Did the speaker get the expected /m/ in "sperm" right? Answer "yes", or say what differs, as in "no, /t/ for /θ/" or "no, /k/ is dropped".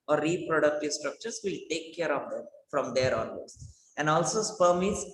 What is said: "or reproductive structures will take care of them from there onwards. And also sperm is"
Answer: yes